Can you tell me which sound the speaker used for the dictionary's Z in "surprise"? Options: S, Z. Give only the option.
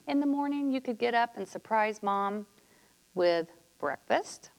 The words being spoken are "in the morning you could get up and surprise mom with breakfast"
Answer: Z